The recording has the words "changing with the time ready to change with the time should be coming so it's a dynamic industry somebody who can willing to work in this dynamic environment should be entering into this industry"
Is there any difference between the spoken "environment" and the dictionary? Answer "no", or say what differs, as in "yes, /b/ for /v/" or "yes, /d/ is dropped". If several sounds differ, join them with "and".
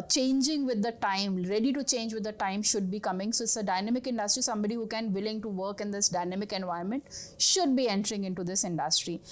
yes, /ɹ/ is dropped